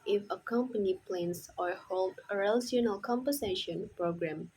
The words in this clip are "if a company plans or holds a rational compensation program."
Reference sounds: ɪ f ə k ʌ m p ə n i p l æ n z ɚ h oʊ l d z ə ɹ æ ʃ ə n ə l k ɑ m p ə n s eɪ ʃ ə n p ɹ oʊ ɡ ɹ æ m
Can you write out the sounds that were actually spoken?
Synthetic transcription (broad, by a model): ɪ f ə k ʌ m p ə n i p l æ n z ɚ h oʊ l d ə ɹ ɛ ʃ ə n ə l k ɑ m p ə s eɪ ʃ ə n p ɹ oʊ ɡ ɹ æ m